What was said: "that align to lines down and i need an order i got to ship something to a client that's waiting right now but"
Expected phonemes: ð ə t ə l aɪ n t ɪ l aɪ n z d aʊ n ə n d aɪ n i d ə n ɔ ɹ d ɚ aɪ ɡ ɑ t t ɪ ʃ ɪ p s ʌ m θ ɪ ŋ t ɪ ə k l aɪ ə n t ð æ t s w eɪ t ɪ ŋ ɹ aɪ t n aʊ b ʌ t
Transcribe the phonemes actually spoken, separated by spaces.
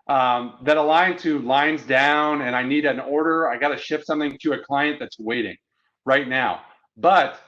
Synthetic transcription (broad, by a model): ð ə t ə l aɪ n t ɪ l aɪ n z d aʊ n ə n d aɪ n i d ə n ɔ ɹ d ɚ aɪ ɡ ɑ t t ɪ ʃ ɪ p s ʌ m θ ɪ ŋ t ɪ ə k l aɪ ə n ð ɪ t s w eɪ t ɪ ŋ ɹ aɪ t n aʊ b ʌ t